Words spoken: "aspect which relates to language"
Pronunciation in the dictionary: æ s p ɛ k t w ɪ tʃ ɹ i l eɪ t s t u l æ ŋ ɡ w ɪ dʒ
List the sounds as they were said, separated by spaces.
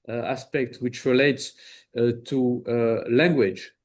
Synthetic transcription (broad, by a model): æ s p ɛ k t w ɪ tʃ ɹ i l eɪ t s t u l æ ŋ ɡ w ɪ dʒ